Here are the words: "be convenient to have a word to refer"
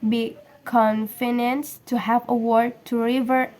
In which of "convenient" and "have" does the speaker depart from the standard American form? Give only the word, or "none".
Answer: convenient